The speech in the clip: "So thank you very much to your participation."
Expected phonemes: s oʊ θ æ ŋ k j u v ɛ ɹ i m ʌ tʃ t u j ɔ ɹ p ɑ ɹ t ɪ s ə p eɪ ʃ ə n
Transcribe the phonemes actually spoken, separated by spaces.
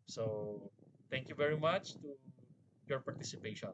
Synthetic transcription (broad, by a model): s oʊ t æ ŋ k j u v ɛ ɹ i m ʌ tʃ t u j ɔ ɹ p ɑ ɹ t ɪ s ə p eɪ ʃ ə n